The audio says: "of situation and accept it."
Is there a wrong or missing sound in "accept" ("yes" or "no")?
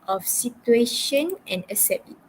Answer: yes